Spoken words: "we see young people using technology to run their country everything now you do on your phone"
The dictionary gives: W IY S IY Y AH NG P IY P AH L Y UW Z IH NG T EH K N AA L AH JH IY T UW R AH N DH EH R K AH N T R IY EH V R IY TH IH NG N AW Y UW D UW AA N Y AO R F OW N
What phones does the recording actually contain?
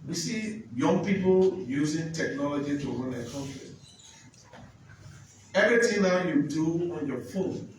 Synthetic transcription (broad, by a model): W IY S IY Y AH NG P IY P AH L Y UW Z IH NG T EH K N AA L AH JH IY T UW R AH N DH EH K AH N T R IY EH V R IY T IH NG N AW Y UW D UW AA N Y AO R F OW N